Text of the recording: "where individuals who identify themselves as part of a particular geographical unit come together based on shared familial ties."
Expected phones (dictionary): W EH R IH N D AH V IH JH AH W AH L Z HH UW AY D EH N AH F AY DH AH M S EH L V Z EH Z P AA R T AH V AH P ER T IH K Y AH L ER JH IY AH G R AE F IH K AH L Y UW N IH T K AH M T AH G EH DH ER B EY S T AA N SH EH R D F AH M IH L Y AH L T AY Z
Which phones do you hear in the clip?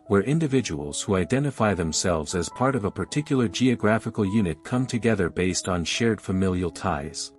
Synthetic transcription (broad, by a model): W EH R IH N D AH V IH JH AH W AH L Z HH UW AY D EH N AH F AY DH AH M S EH L V Z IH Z P AA R T AH V AH P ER T IH K Y L ER JH IY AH G R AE F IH K L Y UW N IH T K AH M T AH G EH DH ER B EY S T N SH EH R D F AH M IH L Y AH L T AY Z